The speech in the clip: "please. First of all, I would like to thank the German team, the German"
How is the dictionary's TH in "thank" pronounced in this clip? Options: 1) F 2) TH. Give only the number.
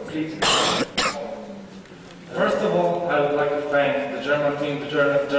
1